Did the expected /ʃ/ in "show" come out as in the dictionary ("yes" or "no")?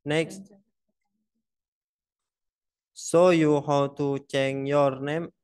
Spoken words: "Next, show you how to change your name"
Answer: no